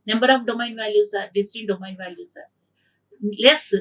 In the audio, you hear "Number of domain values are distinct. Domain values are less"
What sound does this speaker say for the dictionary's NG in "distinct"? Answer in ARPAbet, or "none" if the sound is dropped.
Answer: none